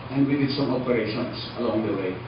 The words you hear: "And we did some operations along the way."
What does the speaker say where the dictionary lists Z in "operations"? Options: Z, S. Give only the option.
S